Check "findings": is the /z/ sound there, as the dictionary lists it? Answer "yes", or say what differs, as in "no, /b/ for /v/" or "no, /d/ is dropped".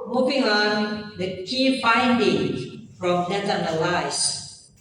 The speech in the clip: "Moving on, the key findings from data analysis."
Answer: no, /z/ is dropped